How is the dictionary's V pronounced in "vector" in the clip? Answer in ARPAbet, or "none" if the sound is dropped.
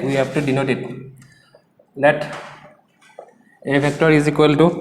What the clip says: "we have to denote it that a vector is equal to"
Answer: B